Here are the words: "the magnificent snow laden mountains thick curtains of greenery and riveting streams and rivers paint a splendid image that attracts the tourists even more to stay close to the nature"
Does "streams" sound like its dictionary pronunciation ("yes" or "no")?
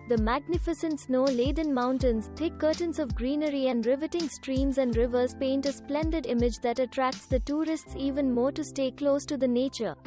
yes